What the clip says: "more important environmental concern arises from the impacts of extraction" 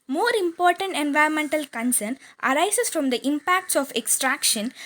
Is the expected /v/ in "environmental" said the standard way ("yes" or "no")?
yes